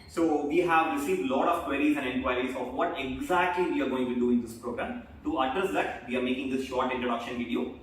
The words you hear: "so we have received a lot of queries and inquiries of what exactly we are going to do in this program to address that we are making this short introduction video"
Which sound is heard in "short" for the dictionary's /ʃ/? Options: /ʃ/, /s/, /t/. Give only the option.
/ʃ/